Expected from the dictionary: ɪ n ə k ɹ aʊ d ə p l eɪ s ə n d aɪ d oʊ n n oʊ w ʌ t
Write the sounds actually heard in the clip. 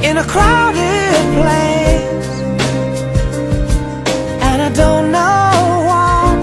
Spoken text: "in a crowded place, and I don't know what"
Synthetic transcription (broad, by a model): ɪ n ə k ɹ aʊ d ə p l eɪ ə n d aɪ d oʊ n n oʊ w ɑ